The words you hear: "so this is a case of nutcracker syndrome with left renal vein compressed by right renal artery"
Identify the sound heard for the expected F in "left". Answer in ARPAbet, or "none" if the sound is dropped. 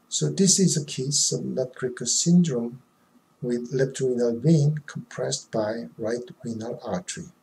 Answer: P